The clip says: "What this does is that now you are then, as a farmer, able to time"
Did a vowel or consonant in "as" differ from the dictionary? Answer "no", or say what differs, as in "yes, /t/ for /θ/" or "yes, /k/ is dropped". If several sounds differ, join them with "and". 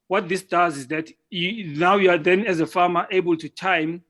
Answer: no